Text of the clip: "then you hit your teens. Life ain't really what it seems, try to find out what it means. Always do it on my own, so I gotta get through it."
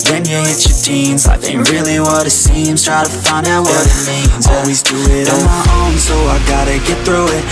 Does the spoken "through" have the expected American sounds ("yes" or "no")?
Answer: yes